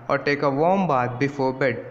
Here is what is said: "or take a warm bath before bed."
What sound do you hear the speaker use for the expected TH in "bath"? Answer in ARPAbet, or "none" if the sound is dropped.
T